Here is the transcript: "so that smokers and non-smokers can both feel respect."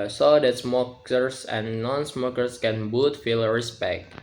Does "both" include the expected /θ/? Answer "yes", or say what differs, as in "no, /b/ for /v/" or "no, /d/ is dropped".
no, /t/ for /θ/